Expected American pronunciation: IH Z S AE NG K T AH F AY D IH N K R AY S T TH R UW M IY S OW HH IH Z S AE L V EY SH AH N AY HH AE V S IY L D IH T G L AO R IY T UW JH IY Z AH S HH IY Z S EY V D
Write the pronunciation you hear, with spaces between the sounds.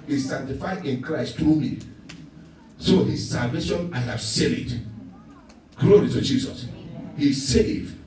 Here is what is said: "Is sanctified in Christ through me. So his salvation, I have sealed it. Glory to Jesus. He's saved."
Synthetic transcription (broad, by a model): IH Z S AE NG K T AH F AY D IH N K R AY S T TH R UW M IY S OW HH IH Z S AE L V EY SH AH N AY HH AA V S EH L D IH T G L AO R IY T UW JH IY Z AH S HH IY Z S EY V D